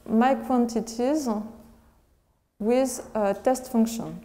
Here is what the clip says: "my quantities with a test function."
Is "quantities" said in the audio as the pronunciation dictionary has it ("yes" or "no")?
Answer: yes